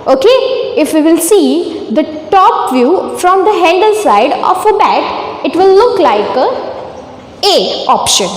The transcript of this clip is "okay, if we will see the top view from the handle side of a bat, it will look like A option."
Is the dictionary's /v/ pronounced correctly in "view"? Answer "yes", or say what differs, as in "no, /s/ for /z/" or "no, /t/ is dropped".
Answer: yes